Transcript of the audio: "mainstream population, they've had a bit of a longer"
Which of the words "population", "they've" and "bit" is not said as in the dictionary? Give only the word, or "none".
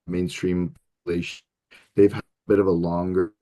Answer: population